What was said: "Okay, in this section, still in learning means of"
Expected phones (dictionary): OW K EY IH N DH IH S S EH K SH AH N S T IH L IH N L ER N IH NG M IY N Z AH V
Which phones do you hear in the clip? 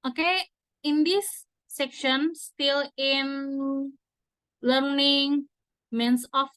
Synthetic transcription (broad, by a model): OW K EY IH N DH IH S S EH K SH AH N S T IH L IH N L ER N IH NG M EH N S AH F